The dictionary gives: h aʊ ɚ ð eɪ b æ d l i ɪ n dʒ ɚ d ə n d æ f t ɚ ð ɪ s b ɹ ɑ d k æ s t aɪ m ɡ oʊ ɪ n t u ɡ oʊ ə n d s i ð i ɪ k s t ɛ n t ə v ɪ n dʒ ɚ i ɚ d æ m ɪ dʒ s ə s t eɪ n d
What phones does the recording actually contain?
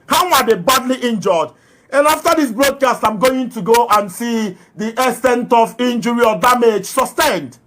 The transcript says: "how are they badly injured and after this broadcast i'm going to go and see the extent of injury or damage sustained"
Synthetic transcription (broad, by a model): h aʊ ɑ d eɪ b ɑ d l i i n dʒ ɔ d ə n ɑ f t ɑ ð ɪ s b ɹ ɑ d k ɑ s t aɪ m ɡ oʊ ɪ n t u ɡ oʊ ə n s i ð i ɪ s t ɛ n t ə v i n dʒ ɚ i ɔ d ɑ m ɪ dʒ s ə s t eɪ n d